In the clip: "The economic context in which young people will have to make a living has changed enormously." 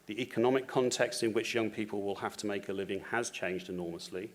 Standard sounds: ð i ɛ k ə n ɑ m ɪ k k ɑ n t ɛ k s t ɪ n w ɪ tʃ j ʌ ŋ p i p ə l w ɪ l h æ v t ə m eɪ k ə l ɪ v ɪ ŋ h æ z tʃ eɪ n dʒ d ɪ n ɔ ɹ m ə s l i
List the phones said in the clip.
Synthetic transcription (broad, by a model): ð i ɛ k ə n ɑ m ɪ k k ɑ n t ɛ k s t ɪ n w ɪ tʃ j ʌ ŋ p i p ə l w ɪ l h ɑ f t ə m eɪ k ə l ɪ v ɪ ŋ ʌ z tʃ eɪ n dʒ d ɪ n ɔ m ə s l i